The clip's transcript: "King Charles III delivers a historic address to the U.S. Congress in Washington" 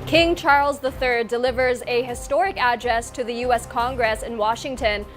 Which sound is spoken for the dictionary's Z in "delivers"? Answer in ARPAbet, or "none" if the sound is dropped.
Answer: Z